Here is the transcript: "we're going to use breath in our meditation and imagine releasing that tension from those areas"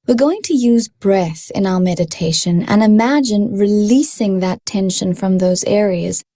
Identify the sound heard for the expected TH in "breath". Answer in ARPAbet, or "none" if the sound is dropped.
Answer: TH